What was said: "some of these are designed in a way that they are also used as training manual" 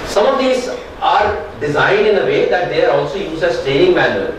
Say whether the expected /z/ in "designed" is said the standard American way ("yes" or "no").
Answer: yes